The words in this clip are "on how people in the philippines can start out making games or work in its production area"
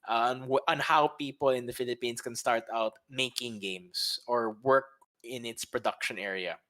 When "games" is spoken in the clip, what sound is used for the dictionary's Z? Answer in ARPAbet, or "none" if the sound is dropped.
S